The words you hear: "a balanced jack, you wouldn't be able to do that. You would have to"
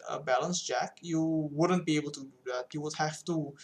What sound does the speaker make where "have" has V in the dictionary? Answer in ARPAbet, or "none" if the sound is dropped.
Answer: F